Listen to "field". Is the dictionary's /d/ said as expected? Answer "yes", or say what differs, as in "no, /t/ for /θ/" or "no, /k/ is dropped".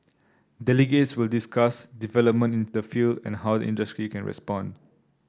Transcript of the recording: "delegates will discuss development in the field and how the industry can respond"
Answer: yes